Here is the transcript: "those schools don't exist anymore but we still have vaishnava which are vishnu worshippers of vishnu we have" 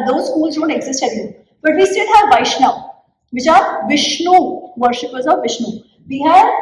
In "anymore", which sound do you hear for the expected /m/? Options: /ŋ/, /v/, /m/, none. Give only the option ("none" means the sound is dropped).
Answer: none